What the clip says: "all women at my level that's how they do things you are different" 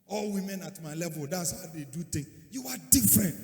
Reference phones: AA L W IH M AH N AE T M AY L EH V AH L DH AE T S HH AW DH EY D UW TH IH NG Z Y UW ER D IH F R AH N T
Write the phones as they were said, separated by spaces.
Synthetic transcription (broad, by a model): AA L W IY M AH N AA T M AY L EH V AH L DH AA T S HH AW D EY D UW T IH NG Y UW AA D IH F R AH N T